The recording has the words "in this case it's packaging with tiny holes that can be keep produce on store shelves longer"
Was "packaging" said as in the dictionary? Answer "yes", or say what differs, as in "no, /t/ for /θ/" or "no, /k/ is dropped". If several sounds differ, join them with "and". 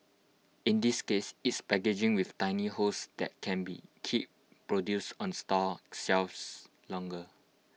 no, /b/ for /p/